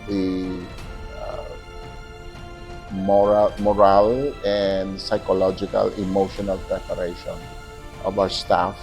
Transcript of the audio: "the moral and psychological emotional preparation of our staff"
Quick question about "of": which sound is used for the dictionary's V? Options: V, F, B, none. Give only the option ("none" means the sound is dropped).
B